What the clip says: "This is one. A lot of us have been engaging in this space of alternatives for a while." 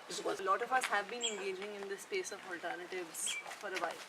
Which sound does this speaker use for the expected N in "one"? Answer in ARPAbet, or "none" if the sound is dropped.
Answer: none